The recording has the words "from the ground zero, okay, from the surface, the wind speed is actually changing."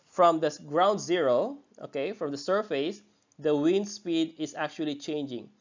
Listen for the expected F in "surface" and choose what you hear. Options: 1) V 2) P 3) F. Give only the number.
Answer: 3